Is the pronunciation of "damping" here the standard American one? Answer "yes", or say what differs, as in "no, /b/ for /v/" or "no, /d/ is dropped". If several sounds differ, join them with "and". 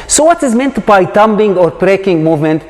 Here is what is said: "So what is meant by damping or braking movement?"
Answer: no, /b/ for /p/